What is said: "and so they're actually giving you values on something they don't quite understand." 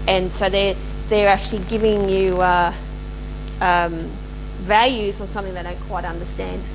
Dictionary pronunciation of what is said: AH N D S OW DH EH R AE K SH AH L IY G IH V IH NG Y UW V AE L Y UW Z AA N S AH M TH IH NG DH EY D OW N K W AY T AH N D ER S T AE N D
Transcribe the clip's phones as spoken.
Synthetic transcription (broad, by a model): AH N S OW DH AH R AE K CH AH L IY G IH V IH NG Y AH V AE L Y UW Z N S AH M TH IH NG DH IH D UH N K W AY T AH N D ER S T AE N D